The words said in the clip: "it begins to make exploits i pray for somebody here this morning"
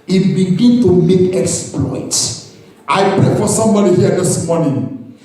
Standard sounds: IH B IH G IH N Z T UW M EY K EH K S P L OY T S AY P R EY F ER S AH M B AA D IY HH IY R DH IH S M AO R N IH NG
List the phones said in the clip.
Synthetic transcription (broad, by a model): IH B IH G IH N T UW M EY K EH K S P L OY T AY P R EY F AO S AH M B AA D IY HH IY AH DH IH S M AO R N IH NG